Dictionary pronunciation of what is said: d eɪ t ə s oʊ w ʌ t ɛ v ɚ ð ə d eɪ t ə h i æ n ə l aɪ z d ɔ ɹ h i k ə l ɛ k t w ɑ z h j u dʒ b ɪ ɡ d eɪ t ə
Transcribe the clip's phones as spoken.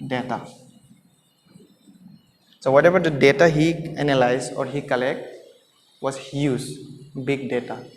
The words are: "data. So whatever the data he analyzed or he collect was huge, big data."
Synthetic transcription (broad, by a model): d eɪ t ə s oʊ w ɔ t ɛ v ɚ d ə d eɪ t ə h i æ n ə l aɪ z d ɔ ɹ h i k ə l ɛ k t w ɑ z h j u z b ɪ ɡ d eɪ t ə